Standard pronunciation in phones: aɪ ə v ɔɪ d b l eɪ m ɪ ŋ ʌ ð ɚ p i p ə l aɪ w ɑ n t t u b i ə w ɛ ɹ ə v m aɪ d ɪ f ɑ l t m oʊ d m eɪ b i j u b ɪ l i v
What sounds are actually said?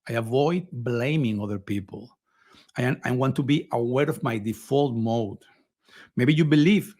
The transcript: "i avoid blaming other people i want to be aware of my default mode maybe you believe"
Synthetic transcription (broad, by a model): aɪ ə v ɔɪ d b l eɪ m ɪ ŋ ʌ ð ɚ p i p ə l aɪ w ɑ n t t u b i ə w ɛ ɹ ə v m aɪ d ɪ f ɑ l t m oʊ d m eɪ b i j u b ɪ l i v